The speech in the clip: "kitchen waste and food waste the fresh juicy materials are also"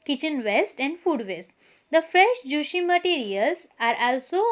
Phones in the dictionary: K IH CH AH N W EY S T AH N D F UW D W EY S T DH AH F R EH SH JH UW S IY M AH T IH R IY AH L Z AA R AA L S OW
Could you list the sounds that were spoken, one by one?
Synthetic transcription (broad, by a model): K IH CH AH N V EY S T AH N D F UW D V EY S T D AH F R EH SH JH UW SH IY M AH T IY R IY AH L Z AA R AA L S OW